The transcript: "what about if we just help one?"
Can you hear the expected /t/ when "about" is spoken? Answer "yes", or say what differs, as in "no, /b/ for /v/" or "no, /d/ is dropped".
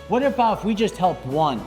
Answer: no, /t/ is dropped